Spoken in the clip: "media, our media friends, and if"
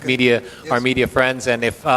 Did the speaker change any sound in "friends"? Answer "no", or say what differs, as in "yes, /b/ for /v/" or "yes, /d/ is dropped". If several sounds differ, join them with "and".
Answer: no